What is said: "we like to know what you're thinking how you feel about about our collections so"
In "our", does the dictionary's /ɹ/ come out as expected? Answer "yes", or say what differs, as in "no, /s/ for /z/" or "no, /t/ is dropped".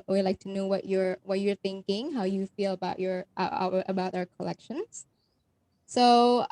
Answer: yes